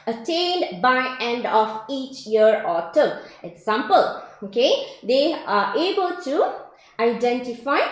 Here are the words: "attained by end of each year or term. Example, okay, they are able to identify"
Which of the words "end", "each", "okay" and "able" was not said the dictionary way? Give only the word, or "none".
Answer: none